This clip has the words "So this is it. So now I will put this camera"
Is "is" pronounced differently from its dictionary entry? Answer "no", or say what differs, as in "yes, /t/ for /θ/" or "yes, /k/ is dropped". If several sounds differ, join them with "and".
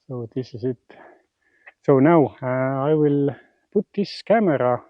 yes, /s/ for /z/